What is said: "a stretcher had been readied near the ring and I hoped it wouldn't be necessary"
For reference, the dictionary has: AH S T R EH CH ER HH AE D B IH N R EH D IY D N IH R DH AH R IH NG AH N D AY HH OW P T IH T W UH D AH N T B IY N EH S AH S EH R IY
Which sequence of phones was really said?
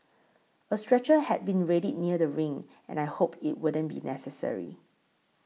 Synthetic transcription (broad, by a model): AH S T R EH CH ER HH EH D B IH N R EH D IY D N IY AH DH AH R IH NG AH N AY HH OW P IH T W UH D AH N B IY N EH S AH S EH R IY